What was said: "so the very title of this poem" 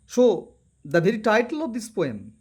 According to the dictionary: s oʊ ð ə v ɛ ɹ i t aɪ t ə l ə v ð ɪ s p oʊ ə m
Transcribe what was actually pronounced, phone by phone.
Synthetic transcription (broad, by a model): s oʊ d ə b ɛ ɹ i t aɪ t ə l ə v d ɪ s p oʊ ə m